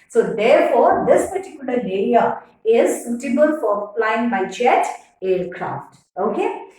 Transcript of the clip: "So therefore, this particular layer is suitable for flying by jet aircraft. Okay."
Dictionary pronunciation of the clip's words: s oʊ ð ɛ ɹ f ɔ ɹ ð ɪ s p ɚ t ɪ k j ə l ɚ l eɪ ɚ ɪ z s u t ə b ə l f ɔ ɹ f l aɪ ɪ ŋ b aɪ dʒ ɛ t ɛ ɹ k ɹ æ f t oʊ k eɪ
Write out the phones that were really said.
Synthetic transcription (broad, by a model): s oʊ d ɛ ɹ f ɔ ɹ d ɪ s p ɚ t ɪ k j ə l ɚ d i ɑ ɪ z s u t ə b ə l f ɔ ɹ p l aɪ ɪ ŋ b aɪ tʃ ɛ t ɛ ɹ k ɹ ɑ f t oʊ k eɪ